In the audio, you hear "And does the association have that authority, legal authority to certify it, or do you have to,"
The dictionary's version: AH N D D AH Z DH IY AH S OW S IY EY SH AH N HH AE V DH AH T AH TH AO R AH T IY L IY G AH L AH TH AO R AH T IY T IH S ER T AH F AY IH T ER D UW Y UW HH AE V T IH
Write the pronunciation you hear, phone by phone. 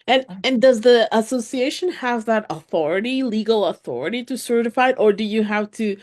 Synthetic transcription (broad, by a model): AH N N D AH Z DH IY AH S OW S IY EY SH AH N HH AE V DH AH T AH TH AO R AH T IY L IY G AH L AH TH AO R AH T IY T IH S ER T AH F AY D T ER D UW Y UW HH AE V T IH